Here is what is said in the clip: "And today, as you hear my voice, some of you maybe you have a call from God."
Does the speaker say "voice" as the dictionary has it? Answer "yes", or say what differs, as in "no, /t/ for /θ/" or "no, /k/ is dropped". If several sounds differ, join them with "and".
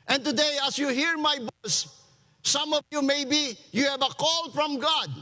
no, /b/ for /v/